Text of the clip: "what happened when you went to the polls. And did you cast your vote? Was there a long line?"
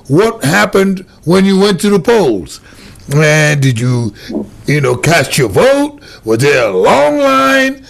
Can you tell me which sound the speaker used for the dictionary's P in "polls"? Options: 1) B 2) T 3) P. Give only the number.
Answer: 3